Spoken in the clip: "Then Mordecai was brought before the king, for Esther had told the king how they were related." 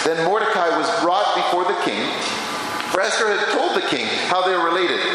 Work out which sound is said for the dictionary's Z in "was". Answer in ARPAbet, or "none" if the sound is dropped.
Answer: Z